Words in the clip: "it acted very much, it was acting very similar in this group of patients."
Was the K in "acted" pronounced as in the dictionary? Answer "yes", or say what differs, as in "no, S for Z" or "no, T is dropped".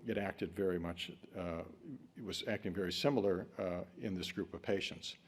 yes